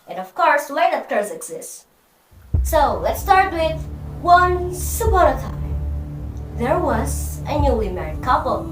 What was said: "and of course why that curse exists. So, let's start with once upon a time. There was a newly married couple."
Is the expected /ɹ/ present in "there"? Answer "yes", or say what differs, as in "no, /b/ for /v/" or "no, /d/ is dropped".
yes